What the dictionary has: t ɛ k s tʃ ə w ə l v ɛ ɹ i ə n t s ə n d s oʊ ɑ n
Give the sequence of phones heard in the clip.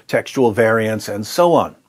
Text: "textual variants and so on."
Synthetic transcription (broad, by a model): t ɛ k s tʃ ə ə l v ɛ ɹ i ə n t s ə n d s oʊ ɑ n